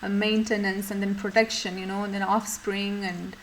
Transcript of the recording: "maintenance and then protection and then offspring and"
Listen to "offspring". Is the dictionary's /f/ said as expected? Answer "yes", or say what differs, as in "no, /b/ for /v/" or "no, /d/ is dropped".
yes